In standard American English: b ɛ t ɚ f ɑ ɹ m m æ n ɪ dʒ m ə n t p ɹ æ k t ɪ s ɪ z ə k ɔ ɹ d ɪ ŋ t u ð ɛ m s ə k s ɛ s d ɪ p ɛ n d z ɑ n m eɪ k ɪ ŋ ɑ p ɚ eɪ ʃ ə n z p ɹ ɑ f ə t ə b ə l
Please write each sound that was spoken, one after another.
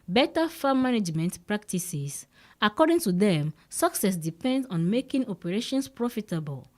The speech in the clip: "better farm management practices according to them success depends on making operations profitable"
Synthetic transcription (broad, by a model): b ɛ t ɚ f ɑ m m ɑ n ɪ dʒ m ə n t p ɹ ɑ k t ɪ s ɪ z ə k ɔ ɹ d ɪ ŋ t u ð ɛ m s ə k s ɛ s d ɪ p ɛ n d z ɑ n m eɪ k ɪ ŋ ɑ p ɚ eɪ ʃ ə n s p ɹ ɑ f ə t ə b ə l